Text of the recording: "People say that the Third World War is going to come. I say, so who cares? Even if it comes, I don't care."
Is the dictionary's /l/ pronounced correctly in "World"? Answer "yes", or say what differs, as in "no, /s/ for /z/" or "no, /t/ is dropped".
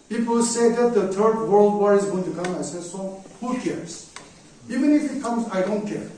yes